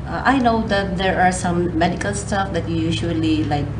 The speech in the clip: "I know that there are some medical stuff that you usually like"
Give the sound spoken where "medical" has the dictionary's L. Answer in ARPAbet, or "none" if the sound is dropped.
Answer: L